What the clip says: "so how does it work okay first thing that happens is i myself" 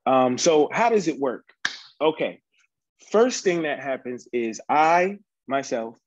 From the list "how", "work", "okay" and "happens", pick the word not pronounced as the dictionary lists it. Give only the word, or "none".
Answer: none